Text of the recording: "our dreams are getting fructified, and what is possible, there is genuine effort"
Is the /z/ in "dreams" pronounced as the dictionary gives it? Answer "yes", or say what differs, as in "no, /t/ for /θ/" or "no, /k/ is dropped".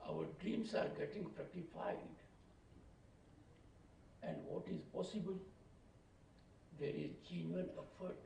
no, /s/ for /z/